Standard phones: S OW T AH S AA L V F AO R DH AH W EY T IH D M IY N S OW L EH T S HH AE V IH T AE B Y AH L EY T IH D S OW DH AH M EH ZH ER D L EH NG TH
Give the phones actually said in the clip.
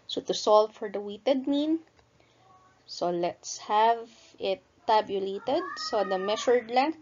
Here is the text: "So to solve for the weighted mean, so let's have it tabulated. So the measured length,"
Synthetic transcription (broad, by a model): S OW T AH S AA L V F AO R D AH W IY T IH D M IY N S OW L EH T S HH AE V IH T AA B Y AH L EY T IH D S OW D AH M EH SH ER D L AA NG